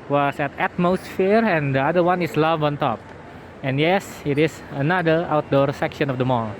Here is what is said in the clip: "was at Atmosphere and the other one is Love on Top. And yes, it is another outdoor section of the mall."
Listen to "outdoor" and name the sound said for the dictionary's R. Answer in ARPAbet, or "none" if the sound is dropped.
R